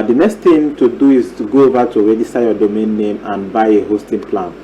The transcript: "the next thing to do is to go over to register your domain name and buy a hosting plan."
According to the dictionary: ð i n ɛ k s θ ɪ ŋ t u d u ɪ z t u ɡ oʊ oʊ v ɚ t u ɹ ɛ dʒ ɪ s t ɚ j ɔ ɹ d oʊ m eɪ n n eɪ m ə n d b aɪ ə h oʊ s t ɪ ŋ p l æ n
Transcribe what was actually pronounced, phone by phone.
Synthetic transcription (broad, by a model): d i n ɛ k s t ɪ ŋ t u d u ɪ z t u ɡ oʊ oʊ v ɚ t u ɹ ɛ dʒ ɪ s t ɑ j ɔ d oʊ m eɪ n n eɪ m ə n b aɪ ə h oʊ s t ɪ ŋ p l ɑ n